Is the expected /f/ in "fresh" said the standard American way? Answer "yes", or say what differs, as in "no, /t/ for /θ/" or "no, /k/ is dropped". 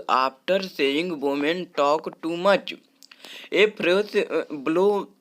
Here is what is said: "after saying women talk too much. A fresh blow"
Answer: no, /p/ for /f/